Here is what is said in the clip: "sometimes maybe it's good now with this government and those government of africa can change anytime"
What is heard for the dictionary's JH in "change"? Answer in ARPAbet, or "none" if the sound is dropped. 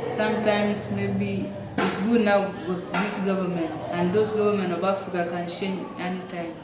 none